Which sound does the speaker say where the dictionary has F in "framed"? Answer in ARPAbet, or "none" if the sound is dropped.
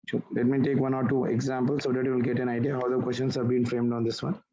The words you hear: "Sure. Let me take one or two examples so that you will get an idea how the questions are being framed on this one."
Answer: F